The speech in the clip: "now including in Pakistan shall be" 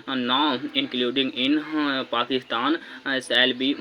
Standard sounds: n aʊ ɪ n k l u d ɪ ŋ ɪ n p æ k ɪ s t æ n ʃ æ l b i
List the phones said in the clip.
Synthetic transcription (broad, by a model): n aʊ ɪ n k l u d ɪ ŋ ɪ n p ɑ k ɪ s t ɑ n s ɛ l b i